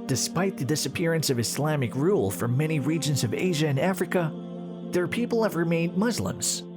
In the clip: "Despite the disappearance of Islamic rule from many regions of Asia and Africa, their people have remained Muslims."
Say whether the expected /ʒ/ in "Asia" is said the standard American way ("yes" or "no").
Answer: yes